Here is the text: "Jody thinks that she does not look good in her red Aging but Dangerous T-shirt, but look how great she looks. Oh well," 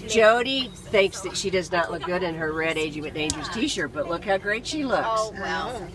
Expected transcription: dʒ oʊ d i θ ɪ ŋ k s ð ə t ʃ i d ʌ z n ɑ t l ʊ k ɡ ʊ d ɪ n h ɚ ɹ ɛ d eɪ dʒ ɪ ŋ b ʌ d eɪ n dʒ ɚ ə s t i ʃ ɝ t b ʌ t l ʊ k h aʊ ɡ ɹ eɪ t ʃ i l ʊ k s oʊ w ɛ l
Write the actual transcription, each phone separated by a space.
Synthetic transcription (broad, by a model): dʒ oʊ d i θ ɪ ŋ k s ð ə t ʃ i d ʌ z n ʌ t l ʊ k ɡ ʊ d ɪ n ɚ ɹ ɛ d eɪ dʒ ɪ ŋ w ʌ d eɪ n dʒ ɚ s t i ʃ ɝ b ʌ t l ʊ k h aʊ ɡ ɹ eɪ t ʃ i l ʊ k s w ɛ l